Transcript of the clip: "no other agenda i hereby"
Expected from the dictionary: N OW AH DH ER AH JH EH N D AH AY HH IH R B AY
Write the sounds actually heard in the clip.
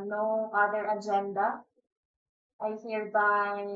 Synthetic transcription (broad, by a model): N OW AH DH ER AH JH EH N D AH AY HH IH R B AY